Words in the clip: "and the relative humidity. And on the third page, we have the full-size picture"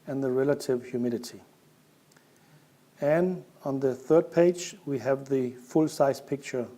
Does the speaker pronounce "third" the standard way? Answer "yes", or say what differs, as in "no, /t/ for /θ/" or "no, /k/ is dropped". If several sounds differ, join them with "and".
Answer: yes